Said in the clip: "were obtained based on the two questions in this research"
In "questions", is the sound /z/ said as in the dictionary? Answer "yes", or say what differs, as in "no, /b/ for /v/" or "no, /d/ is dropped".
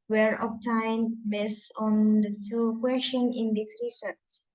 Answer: no, /z/ is dropped